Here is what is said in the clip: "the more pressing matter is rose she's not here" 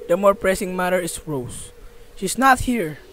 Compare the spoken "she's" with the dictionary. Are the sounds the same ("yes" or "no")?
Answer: no